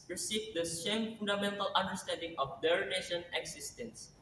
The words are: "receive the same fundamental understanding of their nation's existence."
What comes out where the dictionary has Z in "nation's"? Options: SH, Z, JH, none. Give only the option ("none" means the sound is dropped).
none